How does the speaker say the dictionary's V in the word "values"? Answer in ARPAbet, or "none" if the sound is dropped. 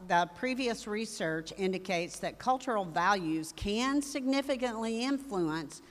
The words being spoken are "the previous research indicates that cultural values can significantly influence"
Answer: V